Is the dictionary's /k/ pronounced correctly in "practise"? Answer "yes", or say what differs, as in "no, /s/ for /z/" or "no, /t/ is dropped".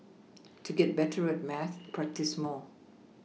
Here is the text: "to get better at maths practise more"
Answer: yes